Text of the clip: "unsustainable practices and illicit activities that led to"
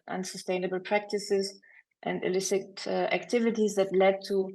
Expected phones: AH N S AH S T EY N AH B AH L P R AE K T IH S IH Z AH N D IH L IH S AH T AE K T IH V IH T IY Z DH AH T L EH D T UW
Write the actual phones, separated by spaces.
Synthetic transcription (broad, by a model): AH N S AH S T EY N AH B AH L P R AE K T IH S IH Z AH N D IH L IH S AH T AE K T IH V IH T IY Z DH AH T L EH D T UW